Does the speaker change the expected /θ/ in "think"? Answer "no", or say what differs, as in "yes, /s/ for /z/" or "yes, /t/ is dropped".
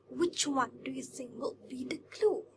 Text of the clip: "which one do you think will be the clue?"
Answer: yes, /s/ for /θ/